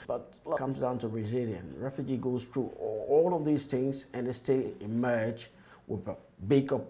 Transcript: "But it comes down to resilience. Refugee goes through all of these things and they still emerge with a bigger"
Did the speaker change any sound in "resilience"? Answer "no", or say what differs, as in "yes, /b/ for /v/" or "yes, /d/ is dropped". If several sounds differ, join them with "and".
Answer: yes, /s/ is dropped